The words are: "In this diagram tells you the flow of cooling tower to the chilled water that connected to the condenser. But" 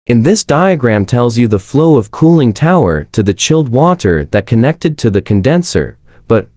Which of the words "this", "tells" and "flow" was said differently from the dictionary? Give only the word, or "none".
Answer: none